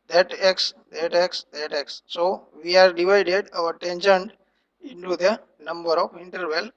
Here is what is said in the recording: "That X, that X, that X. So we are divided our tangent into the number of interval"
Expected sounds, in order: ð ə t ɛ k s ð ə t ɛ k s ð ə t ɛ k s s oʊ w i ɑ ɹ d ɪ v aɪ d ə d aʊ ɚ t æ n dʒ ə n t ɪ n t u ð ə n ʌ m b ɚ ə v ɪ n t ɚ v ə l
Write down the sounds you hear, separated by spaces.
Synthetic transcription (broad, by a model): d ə t ɛ k s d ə t ɛ k s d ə t ɛ k s s oʊ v i ɑ ɹ d ɪ v aɪ d ə d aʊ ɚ t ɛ n ʃ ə n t ɪ n t u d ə n ʌ m b ɚ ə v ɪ n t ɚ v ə l